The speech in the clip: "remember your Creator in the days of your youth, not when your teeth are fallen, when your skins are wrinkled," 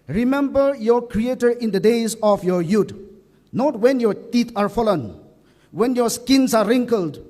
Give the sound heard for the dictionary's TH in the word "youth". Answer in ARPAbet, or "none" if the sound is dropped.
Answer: T